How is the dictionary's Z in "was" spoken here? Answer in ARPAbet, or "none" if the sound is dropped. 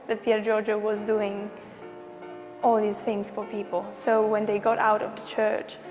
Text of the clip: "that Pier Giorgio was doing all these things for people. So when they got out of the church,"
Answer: Z